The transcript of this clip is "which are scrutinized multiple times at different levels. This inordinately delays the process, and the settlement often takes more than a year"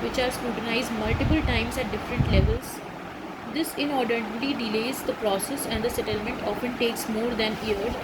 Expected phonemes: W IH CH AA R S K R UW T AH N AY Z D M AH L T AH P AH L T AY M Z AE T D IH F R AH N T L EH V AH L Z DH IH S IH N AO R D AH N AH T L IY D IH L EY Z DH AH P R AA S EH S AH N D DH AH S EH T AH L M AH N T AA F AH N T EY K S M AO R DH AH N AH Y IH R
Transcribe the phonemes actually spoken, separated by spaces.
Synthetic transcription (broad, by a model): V IH CH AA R S K R UW T AH N AY Z D M AH L T AH P AH L T AY M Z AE T D IH F R AH N T L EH V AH L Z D IH S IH N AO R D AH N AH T IY D IH L EY Z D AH P R AA S EH S AH N D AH S EH T AH L M AH N T AA F AH N T EY K S M AO R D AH N AH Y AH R